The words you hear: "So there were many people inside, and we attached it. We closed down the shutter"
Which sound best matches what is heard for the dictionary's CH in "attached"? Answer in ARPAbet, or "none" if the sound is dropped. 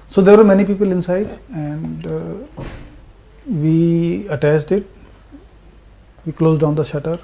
S